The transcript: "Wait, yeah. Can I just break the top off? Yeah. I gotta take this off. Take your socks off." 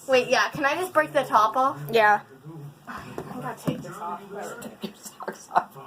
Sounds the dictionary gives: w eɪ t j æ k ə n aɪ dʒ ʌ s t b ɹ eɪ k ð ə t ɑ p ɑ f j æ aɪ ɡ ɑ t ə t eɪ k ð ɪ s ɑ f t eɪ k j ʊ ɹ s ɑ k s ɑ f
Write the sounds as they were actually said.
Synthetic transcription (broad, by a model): w eɪ t j æ k ə n aɪ dʒ ʌ s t b ɹ eɪ k ð ə t ɑ p ɑ f j æ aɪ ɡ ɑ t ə t eɪ k ð ɪ s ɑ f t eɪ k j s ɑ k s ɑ